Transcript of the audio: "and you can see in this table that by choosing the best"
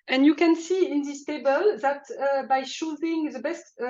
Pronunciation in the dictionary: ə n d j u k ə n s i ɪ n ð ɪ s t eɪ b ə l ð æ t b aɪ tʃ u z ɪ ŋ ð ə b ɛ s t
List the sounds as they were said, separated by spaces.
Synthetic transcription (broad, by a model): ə n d j u k ə n s i ɪ n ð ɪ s t eɪ b ə l ð æ t b aɪ ʃ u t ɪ ŋ ð ə b ɛ s t